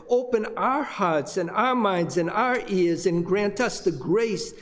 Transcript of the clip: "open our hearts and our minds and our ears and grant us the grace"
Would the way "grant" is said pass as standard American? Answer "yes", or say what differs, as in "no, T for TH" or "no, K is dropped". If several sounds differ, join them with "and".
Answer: yes